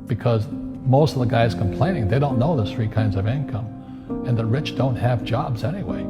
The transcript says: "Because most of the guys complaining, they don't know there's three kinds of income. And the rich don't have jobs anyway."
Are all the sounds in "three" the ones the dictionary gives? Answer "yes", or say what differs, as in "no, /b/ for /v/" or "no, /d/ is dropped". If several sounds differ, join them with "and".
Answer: yes